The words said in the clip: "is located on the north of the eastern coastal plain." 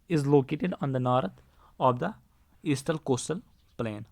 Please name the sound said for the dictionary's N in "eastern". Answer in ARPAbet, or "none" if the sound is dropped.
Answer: L